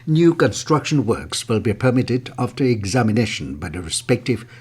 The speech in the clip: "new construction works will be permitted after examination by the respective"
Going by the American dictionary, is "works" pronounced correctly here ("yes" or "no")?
yes